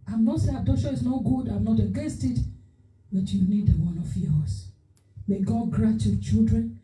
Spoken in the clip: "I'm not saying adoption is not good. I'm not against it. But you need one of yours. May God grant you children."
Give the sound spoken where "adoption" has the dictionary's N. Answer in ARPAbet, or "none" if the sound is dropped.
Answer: none